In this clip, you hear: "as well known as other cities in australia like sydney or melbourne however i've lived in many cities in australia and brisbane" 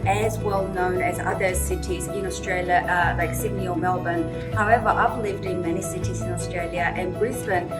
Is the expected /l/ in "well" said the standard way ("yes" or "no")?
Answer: yes